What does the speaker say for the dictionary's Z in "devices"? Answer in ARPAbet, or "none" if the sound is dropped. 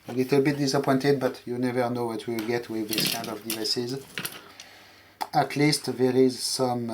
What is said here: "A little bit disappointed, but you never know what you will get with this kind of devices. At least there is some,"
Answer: Z